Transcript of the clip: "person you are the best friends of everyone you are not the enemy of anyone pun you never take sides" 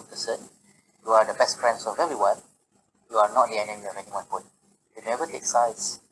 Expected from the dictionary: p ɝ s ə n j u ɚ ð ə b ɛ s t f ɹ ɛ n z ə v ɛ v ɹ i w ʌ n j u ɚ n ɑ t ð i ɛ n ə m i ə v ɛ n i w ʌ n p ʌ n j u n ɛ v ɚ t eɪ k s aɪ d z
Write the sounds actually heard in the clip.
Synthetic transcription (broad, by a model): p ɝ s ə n j u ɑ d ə b ɛ s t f ɹ ɛ n s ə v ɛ ɹ i w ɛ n j u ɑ n ɑ t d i ɛ n ə m i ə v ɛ n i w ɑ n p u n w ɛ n ɛ v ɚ t eɪ k s aɪ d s